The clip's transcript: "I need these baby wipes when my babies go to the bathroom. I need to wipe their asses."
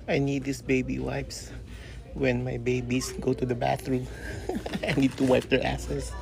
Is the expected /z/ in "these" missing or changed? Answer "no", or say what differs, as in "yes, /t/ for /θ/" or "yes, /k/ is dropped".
yes, /s/ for /z/